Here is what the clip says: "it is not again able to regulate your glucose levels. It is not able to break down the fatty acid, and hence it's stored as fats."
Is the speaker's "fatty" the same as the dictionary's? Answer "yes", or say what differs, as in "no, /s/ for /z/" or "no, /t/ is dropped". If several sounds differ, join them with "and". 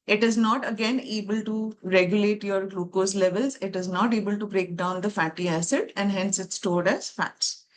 yes